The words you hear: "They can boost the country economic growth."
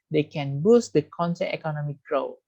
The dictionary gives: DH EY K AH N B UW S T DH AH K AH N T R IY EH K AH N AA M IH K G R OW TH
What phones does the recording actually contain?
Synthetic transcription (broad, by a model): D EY K AH N B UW S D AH K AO N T IY EH K AH N AA M IH K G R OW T